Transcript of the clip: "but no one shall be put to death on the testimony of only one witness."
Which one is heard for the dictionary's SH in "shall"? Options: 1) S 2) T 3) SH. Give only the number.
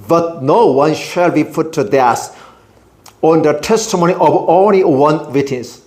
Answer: 3